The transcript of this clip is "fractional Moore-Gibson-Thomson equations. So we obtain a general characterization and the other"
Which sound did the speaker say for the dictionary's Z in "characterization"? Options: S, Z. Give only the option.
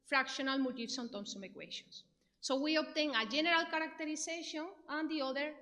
S